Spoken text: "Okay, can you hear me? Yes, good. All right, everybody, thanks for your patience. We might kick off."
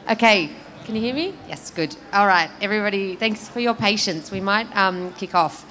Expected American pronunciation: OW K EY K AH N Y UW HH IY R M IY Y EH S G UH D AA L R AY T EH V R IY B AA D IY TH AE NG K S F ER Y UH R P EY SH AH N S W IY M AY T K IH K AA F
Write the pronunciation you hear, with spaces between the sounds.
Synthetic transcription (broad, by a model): OW K EY K AH N Y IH HH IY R M IY Y EH S G UH D AA L R AY T EH V R IY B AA D IY TH AE NG K S F ER Y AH R P EY SH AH N S W IY M AY T K IH K AA F